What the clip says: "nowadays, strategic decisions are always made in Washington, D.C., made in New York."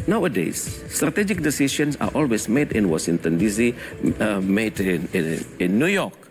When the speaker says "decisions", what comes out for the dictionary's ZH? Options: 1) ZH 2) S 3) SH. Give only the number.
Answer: 2